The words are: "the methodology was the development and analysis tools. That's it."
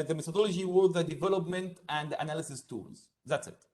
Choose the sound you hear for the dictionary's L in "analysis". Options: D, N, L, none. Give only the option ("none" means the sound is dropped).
L